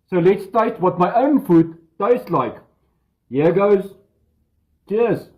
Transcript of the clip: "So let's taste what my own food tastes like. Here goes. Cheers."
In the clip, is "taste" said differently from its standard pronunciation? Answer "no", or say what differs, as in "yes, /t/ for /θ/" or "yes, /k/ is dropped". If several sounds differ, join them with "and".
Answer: yes, /s/ is dropped